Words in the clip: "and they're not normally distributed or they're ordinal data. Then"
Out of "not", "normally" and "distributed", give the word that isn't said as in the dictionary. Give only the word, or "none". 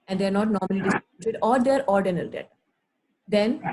distributed